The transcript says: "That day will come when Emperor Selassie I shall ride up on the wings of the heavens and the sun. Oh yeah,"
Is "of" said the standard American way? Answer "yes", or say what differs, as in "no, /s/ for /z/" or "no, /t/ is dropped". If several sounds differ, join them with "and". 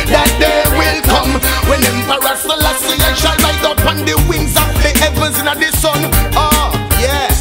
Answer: no, /p/ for /v/